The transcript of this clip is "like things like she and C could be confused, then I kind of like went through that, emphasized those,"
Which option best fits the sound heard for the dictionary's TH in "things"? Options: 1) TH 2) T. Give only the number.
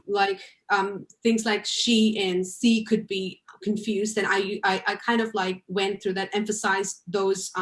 1